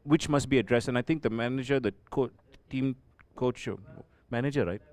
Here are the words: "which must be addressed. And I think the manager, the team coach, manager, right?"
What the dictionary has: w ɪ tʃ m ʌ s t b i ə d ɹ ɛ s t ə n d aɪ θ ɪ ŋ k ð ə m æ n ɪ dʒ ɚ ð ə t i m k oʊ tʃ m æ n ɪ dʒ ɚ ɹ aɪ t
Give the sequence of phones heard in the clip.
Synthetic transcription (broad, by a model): w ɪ tʃ m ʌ s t b i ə d ɹ ɛ s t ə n aɪ t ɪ ŋ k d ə m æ n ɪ dʒ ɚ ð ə t i m k oʊ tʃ m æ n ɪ dʒ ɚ ɹ aɪ t